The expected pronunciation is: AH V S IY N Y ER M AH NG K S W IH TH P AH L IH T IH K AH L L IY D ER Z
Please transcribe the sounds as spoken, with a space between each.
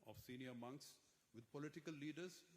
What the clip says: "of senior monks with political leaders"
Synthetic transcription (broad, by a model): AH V S IY N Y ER M AH NG K S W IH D P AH L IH T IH K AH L L IY D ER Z